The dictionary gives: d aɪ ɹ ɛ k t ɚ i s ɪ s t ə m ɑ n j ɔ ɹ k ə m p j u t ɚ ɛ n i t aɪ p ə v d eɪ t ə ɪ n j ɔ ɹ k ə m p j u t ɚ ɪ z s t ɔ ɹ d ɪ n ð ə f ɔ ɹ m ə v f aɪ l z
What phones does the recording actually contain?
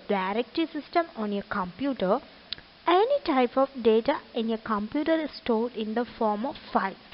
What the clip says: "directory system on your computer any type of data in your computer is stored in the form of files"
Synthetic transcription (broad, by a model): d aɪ ɹ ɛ k t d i s ɪ s t ə m ɑ n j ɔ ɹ k ə m p j u t ɚ ɛ n i t aɪ p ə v d eɪ t ə ɪ n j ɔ k ə m p j u t ɚ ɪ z s t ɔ l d ɪ n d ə f ɔ ɹ m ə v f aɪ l